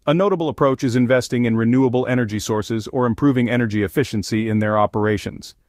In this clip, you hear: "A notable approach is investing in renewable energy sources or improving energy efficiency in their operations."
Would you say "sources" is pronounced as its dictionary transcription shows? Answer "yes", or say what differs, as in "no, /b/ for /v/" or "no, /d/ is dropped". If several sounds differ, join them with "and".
yes